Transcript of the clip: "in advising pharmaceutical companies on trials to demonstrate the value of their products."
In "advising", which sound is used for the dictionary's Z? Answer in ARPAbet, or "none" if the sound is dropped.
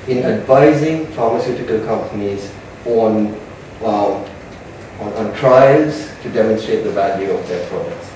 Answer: Z